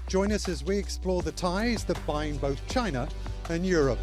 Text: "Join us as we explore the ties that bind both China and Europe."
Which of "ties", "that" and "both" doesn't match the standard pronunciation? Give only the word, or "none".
none